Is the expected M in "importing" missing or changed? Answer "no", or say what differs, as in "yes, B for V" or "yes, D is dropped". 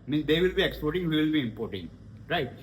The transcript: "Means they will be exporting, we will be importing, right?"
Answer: no